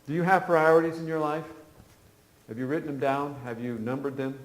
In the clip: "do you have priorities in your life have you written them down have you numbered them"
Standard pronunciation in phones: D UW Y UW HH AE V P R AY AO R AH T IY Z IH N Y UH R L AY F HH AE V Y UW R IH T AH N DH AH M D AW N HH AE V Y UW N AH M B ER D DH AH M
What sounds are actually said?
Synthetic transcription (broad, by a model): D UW Y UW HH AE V P R AY AO R AH T IY Z IH N Y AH R L AY F HH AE V Y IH R IH T N DH AH M D AW N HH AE V Y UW N AH M B ER D DH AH M